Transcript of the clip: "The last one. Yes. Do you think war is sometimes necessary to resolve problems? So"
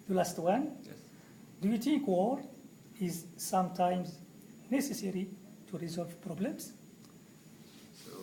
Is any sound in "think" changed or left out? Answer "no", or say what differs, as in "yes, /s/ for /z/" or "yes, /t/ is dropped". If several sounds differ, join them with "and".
yes, /t/ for /θ/